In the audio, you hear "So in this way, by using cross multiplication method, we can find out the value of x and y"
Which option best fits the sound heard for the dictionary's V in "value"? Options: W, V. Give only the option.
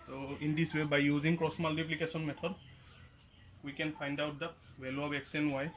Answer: W